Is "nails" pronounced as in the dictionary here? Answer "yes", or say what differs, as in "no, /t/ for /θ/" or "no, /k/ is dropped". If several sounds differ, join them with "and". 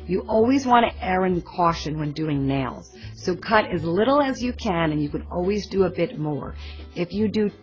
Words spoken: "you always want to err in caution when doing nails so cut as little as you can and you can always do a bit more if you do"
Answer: yes